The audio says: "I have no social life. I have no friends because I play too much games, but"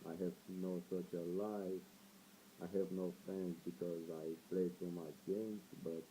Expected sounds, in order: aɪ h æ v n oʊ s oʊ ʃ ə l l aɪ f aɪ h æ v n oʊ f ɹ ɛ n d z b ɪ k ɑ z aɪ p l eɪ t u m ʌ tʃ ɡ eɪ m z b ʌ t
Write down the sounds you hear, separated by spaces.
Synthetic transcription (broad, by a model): aɪ h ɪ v n oʊ s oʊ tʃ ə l l aɪ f aɪ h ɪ v n oʊ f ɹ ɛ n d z b ɪ k ɑ z aɪ p l eɪ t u m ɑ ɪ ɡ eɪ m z b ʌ t